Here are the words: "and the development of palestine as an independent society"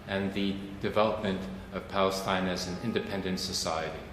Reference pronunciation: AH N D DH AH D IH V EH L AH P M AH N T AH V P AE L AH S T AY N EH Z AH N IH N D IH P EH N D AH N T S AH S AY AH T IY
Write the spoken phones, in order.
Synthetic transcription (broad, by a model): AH N DH AH D IH V EH L AH P M AH N T AH V P AE L AH S T AY N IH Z AH N IH N D IH P EH N D AH N T S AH S AY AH T IY